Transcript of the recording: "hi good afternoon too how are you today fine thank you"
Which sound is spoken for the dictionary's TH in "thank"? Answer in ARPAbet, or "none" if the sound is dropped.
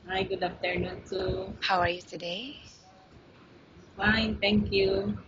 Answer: T